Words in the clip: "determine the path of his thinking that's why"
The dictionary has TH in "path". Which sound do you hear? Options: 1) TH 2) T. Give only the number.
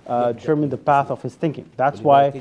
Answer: 1